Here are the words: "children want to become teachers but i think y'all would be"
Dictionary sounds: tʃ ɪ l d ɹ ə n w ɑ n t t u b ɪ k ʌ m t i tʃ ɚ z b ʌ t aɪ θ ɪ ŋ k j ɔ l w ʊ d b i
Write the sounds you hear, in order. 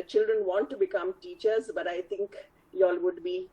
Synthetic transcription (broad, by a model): tʃ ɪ l d ɹ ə n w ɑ n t t u b ɪ k ʌ m t i tʃ ɚ z b ʌ t aɪ t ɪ ŋ k j ɔ l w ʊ d b i